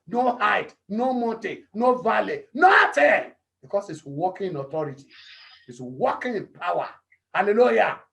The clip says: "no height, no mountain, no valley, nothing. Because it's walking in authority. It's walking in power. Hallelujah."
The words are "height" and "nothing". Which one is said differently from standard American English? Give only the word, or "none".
nothing